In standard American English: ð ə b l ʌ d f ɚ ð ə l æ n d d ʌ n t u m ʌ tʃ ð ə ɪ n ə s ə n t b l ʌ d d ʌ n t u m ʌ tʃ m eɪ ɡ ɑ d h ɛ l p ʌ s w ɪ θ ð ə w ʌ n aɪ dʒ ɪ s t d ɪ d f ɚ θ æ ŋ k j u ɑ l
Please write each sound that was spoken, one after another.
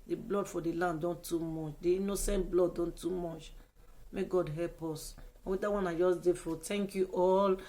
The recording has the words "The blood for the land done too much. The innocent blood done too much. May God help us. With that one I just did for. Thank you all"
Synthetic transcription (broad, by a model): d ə b l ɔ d f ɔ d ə l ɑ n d d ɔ n t u m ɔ tʃ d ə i n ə s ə n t b l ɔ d d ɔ n t u m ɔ tʃ m eɪ ɡ ɑ d h ɛ l p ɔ s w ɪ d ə w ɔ n aɪ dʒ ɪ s d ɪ f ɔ t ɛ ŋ k j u ɑ l